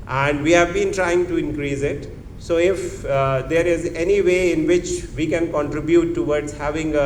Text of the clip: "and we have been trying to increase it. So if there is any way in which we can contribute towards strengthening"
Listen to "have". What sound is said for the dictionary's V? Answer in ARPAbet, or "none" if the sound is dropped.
V